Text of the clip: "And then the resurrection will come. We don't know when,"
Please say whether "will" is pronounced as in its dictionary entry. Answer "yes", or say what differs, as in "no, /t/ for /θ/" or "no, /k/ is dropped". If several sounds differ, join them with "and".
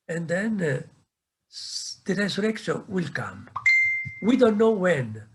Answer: yes